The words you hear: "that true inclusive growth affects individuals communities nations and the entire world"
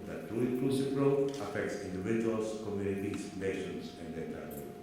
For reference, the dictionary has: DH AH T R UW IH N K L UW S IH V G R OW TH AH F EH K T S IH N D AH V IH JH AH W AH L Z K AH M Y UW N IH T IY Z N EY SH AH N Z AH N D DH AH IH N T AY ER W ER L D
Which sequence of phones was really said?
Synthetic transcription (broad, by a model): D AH T R UW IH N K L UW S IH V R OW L AH F EH K T S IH N D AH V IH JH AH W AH L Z K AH M Y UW N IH T IY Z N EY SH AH N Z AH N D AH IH T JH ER